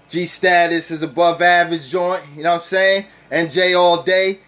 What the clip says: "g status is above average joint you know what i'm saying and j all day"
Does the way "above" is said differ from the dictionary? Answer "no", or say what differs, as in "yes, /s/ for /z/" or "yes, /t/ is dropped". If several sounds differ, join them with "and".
no